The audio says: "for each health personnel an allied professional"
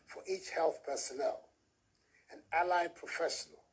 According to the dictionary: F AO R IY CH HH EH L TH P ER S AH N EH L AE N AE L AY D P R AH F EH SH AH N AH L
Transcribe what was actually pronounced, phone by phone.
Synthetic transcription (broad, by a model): F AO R IY CH HH EH L TH P ER S AH N EH L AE N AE L AY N P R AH F EH SH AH N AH L